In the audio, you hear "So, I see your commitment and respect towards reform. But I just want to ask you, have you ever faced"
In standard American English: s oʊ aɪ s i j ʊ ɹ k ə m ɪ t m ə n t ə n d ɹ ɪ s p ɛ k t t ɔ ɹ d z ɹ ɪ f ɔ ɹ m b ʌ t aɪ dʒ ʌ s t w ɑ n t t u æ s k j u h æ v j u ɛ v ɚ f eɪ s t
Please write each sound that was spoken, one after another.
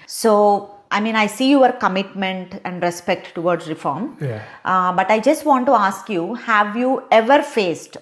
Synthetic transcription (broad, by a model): s oʊ aɪ s i j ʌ ɹ k ə m ɪ t m ə n t ə n d ɹ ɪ s p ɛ k t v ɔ ɹ d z ɹ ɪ f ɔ ɹ m b ʌ t aɪ dʒ ʌ s t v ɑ n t t u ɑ s k j u h æ v j u ɛ v ɚ f eɪ s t